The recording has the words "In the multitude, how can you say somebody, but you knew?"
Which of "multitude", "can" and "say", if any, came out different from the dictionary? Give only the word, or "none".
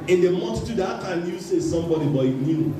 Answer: multitude